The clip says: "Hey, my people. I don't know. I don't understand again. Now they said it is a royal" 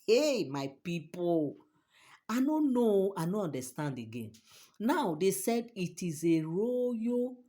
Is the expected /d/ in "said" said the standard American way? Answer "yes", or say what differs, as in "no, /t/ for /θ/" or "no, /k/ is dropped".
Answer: yes